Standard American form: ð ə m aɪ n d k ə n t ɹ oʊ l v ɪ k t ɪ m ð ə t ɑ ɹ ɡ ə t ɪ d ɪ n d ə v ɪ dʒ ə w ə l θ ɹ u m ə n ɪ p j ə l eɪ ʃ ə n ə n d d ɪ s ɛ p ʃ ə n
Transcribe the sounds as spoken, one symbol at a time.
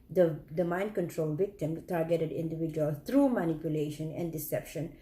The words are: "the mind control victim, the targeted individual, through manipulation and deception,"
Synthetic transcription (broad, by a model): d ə m aɪ n d k ə n t ɹ oʊ l v ɪ k t ɪ m t ɑ ɹ ɡ ə t ɪ d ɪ n d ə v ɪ dʒ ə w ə l t ɹ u m ə n ɪ p j ə l eɪ ʃ ə n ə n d d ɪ s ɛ p ʃ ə n